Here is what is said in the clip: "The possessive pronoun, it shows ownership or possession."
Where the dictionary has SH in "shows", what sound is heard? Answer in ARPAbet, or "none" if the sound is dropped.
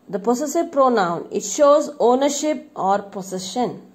SH